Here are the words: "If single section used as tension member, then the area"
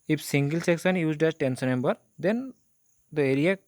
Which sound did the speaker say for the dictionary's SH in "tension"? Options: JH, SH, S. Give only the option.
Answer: S